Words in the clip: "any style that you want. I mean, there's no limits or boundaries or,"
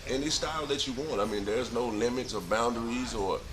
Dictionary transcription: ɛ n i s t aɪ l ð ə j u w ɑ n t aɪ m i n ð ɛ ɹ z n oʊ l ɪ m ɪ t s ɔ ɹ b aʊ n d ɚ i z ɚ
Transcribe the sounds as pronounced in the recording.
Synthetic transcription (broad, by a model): ɛ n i s t aɪ l ð ə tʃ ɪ w ɑ n t aɪ m i n ð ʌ ɹ z n oʊ l ɪ m ɪ t s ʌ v b aʊ n d ɚ i z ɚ